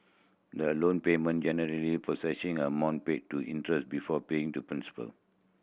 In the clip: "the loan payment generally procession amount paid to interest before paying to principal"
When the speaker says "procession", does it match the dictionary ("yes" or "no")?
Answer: no